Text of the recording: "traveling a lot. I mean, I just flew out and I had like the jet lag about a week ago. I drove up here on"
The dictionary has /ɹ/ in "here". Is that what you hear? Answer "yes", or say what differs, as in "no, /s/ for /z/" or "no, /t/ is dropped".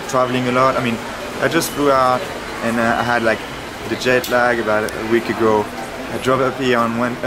no, /w/ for /ɹ/